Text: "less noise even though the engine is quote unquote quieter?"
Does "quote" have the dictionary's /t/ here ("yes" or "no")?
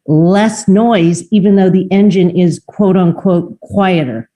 yes